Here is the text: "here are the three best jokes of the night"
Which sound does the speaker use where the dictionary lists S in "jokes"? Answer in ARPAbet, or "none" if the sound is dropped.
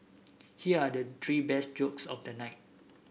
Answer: S